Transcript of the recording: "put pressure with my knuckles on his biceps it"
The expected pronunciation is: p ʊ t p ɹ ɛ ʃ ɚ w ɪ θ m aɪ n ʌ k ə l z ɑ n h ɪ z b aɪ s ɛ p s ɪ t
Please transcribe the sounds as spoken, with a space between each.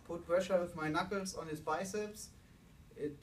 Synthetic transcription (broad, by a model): p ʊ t b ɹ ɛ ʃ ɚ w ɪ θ m aɪ n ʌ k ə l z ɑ n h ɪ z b aɪ s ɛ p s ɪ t